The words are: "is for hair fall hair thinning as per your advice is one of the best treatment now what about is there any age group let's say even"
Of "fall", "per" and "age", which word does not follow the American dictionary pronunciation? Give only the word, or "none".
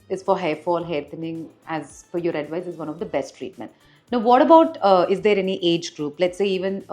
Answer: per